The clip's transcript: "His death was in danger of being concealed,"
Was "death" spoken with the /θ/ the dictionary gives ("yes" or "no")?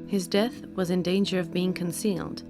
yes